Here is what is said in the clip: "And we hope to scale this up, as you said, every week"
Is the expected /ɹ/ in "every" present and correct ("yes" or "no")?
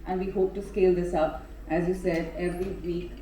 yes